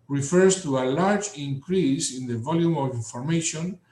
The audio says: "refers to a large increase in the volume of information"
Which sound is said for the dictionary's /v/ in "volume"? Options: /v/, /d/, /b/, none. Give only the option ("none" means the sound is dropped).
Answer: /v/